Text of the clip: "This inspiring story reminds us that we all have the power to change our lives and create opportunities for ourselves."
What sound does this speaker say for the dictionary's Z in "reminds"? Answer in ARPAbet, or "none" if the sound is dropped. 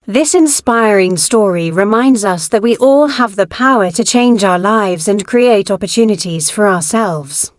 Z